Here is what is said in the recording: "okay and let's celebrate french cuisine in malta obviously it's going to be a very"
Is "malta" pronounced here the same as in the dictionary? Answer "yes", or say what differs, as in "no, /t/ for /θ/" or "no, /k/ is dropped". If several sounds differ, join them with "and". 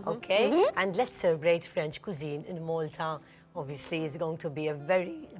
yes